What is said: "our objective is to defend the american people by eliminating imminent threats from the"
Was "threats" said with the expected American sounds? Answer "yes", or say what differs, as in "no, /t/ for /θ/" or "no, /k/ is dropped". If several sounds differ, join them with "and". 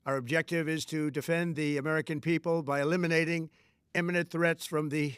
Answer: yes